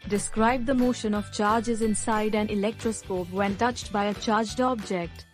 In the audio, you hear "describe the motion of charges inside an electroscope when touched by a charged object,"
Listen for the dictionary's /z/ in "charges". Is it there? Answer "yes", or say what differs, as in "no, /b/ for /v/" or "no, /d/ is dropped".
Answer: yes